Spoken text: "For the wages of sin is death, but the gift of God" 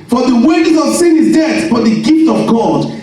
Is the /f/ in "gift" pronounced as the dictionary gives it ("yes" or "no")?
yes